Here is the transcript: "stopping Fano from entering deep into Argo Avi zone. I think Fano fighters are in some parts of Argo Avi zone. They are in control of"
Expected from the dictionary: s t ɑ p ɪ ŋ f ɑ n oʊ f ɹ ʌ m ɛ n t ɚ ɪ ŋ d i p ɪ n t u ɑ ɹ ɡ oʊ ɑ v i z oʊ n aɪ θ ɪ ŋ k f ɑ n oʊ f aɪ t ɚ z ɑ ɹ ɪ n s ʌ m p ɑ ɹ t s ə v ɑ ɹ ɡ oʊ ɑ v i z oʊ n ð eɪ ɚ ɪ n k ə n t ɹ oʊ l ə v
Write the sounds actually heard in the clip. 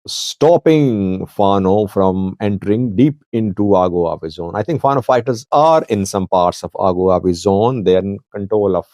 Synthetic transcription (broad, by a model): s t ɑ p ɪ ŋ f ɑ n oʊ f ɹ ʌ m ɛ n t ɚ ɪ ŋ d i p ɪ n t u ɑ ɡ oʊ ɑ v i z oʊ n aɪ t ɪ ŋ k f ɑ n oʊ f aɪ t ɚ z ɑ ɹ ɪ n s ʌ m p ɑ ɹ t s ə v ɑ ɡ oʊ ɑ v i z oʊ n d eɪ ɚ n k ə n t ɹ oʊ l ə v